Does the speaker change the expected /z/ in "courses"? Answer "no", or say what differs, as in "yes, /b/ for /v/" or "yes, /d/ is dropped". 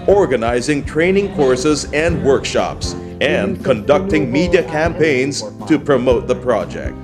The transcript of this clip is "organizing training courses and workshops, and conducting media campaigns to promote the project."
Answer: no